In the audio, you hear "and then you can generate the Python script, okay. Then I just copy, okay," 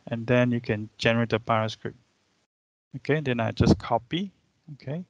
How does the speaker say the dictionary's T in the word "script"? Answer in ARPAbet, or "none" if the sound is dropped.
none